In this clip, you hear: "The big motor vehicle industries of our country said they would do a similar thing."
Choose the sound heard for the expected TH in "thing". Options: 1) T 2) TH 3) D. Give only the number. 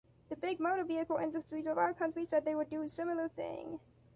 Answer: 2